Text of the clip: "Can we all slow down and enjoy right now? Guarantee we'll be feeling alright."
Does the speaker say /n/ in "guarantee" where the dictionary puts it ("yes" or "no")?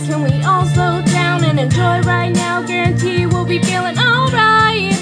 yes